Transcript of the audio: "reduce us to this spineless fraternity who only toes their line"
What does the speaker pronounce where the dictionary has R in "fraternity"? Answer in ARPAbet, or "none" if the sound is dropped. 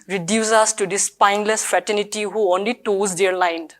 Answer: none